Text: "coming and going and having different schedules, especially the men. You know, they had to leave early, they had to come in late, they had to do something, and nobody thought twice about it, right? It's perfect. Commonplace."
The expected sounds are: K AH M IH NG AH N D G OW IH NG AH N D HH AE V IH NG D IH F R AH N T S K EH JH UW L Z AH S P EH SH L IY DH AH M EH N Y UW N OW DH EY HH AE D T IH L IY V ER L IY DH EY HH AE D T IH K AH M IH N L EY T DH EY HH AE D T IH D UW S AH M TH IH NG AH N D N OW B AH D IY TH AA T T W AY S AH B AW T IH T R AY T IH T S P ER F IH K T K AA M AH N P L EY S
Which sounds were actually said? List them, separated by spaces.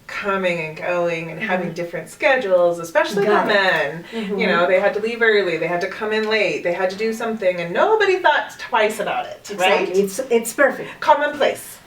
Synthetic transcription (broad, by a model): K AH M IH NG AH N G OW IH NG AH N HH AE V IH NG D IH F R AH N T S K EH JH L Z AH S P EH SH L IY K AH M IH N Y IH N OW DH EY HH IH D T IH L IY V ER L IY DH EY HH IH D T IH K AH M IH N L EY T DH EY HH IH D T IH D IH S AH M TH IH NG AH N N OW B AH D IY TH AA T T W AY S AH B AW T IH T R AY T IH T S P ER F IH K K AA M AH N P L EY S